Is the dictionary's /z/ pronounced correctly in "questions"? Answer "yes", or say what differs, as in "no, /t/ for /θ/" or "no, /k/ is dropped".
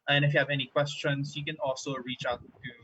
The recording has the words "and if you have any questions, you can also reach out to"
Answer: no, /s/ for /z/